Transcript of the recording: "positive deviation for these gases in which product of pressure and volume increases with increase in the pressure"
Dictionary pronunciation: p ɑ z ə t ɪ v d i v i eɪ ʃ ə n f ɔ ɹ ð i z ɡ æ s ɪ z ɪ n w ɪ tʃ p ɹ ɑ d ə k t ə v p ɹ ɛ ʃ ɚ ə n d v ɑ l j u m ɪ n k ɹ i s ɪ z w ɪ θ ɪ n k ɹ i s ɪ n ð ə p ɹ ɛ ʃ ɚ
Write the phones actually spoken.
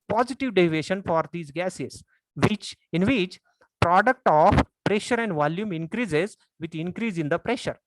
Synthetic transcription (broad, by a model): p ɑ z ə t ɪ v d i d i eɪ ʃ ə n f ɔ ɹ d i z ɡ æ s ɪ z ɪ n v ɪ tʃ p ɹ ɑ d ə k t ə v p ɹ ɛ ʃ ɚ ə n d v ɑ l j u m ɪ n k ɹ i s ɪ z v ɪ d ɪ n k ɹ i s ɪ n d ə p ɹ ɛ ʃ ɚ